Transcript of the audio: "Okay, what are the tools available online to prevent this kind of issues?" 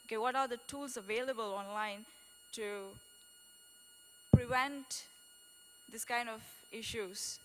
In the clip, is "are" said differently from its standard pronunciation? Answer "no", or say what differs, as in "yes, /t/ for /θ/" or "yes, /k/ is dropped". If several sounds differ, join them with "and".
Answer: no